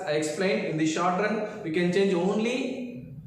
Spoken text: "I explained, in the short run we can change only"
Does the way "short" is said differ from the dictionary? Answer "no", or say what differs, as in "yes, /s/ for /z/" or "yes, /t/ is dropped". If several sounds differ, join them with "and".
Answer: no